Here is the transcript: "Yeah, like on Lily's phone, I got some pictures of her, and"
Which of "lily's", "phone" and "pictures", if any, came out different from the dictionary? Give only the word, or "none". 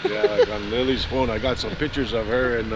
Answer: none